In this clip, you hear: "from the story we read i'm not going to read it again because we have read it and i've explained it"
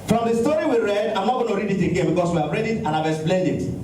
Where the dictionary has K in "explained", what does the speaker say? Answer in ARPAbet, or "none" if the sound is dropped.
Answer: none